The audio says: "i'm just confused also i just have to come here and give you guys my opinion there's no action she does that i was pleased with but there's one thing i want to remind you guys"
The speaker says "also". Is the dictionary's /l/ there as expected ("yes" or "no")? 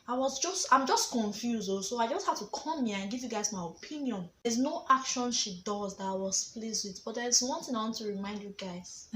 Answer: no